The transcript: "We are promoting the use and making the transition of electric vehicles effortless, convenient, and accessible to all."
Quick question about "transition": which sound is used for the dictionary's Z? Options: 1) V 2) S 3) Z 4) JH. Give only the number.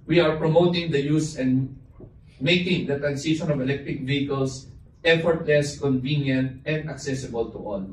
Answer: 2